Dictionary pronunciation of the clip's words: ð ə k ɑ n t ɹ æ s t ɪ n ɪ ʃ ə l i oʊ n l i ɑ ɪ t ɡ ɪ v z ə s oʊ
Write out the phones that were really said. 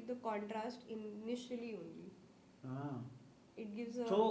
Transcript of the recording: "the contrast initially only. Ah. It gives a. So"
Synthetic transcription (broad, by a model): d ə k ɑ n t ɹ æ s t ɪ n ɪ ʃ ə l i oʊ n l i ɑ ɪ t ɡ ɪ v z ə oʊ